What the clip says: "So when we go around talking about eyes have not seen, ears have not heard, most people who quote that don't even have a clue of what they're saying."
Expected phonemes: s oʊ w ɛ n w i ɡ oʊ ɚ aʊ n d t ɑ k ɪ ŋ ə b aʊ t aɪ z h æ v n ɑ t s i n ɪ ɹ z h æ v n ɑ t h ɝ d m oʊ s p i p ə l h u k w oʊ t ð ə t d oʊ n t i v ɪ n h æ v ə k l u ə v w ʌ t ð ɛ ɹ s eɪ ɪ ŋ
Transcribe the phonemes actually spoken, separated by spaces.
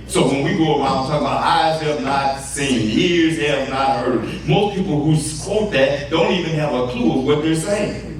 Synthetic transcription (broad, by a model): s oʊ w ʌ n w i ɡ oʊ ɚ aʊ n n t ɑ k ə b aʊ t aɪ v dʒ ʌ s n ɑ t s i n ɪ ɹ z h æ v n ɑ t h ɝ d m oʊ s p i p l h u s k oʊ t ð ə t d oʊ n t i v ɪ n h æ v ə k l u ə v w ʌ t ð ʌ ɹ s eɪ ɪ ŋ